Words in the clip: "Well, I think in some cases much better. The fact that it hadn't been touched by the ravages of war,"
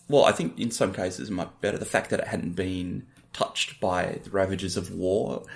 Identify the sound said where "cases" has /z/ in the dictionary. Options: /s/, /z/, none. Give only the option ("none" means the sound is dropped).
/z/